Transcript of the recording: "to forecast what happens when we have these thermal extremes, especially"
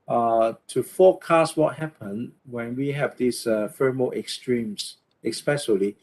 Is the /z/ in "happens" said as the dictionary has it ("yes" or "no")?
no